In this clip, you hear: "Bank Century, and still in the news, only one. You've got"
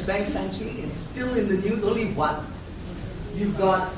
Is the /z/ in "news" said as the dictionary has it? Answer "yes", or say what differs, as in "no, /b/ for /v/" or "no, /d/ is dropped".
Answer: yes